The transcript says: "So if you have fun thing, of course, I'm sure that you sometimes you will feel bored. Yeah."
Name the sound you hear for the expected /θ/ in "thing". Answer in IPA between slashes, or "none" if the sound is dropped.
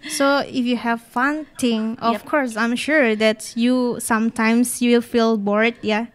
/t/